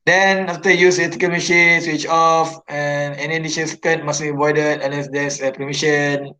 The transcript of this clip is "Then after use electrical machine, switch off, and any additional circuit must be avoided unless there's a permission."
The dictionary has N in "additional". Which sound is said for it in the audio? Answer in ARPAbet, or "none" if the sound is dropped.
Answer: none